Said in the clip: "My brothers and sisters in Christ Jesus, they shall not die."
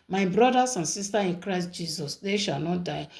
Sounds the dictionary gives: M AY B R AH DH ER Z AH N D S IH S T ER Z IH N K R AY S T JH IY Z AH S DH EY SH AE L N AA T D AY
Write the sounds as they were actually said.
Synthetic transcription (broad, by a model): M AY B R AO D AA S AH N S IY S T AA IH N K R AY S T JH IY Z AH S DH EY SH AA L N AA T D AY